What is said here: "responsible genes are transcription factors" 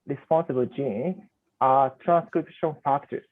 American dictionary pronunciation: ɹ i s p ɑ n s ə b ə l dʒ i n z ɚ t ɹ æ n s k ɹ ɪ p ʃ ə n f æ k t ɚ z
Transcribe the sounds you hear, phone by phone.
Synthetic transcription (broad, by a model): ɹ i s p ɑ n s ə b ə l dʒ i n ɚ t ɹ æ n s k ɹ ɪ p ʃ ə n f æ k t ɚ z